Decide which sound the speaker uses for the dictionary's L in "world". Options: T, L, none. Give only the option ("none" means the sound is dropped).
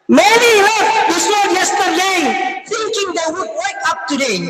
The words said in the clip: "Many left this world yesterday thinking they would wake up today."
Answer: none